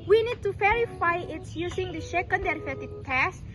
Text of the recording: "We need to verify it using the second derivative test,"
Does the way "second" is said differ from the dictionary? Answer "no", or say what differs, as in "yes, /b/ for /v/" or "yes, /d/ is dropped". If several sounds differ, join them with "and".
yes, /ʃ/ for /s/